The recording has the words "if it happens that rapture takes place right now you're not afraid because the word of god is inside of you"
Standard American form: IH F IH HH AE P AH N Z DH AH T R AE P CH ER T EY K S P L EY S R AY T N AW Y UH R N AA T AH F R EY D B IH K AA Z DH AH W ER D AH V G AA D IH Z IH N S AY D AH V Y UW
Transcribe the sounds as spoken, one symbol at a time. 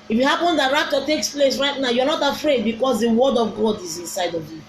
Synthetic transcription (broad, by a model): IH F IH HH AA P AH N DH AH T R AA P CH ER T EY K S P L EY S R AY T N AW Y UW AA N AA T AH F R EY D B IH K AA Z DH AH W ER D AH V G AA D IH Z IH N S AY D AH V Y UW